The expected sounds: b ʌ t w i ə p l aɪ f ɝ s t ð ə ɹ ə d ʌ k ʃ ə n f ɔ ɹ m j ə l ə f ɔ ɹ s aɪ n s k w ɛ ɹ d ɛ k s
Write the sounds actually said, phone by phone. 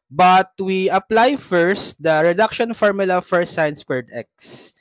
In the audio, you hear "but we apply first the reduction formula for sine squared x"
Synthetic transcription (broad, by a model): b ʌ t w i ə p l aɪ f ɝ s t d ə ɹ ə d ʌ k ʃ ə n f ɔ ɹ m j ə l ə f ɔ ɹ s aɪ n s w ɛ ɹ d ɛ k s